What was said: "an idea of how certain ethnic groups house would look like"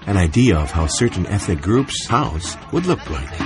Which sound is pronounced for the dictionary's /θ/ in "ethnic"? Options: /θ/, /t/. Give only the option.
/θ/